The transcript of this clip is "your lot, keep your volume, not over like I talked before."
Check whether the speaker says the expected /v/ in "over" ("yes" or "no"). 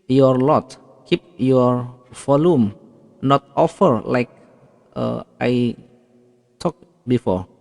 no